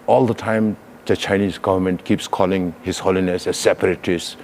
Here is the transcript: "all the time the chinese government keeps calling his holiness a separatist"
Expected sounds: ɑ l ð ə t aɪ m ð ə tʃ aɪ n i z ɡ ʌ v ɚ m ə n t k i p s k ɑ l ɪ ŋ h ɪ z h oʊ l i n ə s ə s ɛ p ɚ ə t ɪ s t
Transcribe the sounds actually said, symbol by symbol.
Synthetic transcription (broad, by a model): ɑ l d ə t aɪ m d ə tʃ aɪ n i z ɡ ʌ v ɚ m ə n t k i p s k ɑ l ɪ ŋ h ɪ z h oʊ l i n ə s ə s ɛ p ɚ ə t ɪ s